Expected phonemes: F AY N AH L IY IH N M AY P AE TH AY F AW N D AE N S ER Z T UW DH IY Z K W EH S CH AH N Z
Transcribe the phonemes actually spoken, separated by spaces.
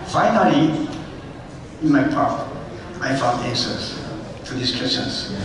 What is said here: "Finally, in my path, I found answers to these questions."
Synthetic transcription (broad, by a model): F AY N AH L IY IH N M AY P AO T AY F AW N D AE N S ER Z T UW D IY S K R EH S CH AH N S